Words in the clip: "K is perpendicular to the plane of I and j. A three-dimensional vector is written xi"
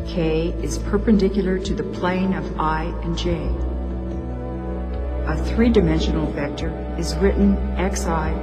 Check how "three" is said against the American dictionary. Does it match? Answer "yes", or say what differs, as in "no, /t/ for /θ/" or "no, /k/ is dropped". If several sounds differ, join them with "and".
yes